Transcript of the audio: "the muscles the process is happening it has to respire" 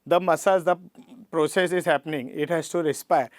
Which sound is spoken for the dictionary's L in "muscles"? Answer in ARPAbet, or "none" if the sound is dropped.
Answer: none